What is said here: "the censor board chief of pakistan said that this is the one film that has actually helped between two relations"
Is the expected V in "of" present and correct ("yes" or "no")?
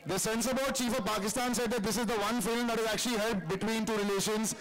yes